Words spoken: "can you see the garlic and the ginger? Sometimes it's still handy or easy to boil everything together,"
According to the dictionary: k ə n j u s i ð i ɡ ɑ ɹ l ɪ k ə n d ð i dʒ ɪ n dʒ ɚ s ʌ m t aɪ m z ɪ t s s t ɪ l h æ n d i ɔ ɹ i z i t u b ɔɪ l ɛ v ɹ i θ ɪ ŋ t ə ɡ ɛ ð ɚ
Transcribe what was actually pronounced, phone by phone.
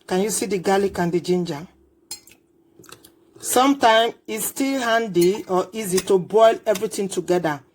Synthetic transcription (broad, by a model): k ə n j u s i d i ɡ ɑ l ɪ k ə n d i dʒ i n dʒ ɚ s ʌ m t aɪ m ɪ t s s t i l h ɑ n d i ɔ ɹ i z i t u b ɔɪ l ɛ v ɹ i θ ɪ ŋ t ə ɡ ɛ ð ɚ